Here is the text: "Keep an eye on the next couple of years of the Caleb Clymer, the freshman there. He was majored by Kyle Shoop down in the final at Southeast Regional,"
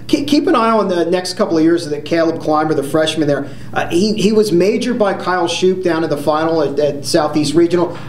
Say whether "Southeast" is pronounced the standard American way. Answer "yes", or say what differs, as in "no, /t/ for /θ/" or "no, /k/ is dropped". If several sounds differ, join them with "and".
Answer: yes